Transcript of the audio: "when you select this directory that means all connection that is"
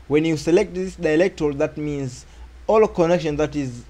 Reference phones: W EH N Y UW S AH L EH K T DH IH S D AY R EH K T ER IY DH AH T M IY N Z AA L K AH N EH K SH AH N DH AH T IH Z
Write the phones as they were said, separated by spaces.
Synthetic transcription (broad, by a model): W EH N Y UW S AH L EH K T DH IH S D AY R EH K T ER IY DH AH T M IY N Z AA L K AH N EH K SH AH N DH AH T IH Z